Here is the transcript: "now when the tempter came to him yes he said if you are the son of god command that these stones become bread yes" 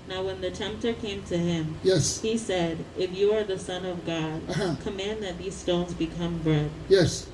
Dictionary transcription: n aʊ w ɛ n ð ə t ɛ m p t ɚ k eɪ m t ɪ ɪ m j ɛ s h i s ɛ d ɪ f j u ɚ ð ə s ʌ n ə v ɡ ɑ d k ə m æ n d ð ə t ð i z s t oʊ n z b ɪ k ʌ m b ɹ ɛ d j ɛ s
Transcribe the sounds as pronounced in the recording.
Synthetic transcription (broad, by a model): n aʊ w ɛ n ð ə t ɛ m p t ɚ k eɪ m t ɪ ɪ m j ɛ s h i s ɛ d ɪ f j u ɚ ð ə s ʌ n ə v ɡ ɑ d k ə m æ n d ð ə t ð i z s t oʊ n z b ɪ k ʌ m b ɹ ɛ d j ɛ s